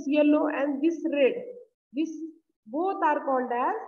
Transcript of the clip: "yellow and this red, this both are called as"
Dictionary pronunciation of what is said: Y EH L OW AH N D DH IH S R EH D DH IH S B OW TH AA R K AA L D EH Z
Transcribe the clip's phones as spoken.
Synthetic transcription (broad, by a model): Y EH L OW AH N D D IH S R EH D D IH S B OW T AA R K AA N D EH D